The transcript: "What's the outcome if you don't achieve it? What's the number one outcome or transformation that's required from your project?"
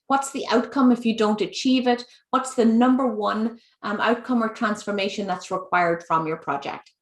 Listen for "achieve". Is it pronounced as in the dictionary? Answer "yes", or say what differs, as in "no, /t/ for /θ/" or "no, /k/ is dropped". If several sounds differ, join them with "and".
yes